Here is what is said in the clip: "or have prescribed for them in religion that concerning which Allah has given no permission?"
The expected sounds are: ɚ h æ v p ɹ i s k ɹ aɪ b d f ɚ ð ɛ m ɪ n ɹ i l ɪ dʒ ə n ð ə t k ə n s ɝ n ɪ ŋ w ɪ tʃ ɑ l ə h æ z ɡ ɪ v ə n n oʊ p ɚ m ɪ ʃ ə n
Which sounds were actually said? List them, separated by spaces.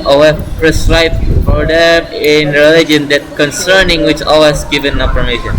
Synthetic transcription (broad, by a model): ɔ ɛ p ɹ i s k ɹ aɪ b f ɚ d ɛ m ɪ n ɹ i l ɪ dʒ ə n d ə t k ə n s ɝ n ɪ ŋ w ɪ tʃ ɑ w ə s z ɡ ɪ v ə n n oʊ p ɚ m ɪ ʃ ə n